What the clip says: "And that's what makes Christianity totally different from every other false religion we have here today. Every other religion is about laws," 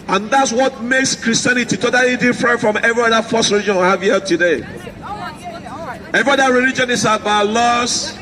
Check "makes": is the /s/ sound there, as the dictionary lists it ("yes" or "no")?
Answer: yes